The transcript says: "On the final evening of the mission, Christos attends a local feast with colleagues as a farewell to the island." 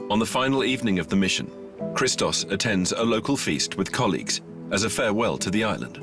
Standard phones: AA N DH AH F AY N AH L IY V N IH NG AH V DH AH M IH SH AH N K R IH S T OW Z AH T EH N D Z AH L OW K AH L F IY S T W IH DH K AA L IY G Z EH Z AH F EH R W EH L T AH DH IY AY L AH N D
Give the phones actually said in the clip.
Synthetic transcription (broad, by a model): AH N DH AH F AY N L IY V N IH NG AH V DH AH M IH SH AH N K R IH S T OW S AH T EH N D Z AH L OW K AH L F IY S T W IH DH K AA L IY G Z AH Z AH F EH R W EH L T AH DH IY AY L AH N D